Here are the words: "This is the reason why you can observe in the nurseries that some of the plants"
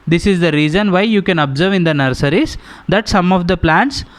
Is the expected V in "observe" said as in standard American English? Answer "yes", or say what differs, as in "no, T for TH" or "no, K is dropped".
yes